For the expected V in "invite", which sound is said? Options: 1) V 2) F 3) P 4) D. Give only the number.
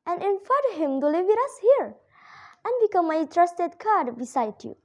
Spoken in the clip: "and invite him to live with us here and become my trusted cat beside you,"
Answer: 2